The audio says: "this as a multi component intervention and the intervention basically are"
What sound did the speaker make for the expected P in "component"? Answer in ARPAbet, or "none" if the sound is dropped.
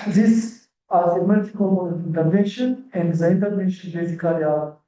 none